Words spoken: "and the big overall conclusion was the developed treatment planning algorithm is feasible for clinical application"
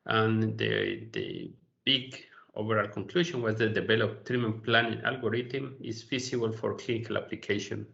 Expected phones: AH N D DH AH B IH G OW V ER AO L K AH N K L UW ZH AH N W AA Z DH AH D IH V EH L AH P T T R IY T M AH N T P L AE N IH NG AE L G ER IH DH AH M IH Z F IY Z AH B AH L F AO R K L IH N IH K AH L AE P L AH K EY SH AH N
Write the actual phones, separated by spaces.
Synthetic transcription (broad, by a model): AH N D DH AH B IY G OW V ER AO L K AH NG K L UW SH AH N W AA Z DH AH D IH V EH L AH P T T R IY M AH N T P L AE N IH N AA L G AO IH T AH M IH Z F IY S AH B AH L F AO R K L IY N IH K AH L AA P L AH K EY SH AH N